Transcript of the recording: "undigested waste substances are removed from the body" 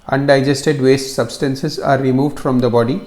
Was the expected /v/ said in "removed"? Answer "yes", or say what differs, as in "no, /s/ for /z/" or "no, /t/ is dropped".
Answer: yes